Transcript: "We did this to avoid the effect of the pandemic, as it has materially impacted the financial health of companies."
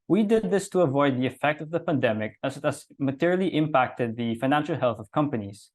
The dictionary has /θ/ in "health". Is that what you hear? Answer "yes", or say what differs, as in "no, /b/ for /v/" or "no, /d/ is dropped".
yes